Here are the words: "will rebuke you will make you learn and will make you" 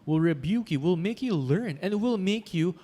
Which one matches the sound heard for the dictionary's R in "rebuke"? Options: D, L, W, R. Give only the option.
R